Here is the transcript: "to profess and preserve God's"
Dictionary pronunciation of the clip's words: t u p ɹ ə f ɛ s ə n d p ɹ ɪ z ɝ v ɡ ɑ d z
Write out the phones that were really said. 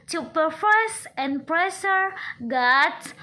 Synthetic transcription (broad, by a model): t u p ə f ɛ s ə n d p ɹ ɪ s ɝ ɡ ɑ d